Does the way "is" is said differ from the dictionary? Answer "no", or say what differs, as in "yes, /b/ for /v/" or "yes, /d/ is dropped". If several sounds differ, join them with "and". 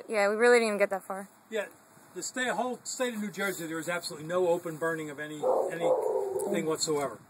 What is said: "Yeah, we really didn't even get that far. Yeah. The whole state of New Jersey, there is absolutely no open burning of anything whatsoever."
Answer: no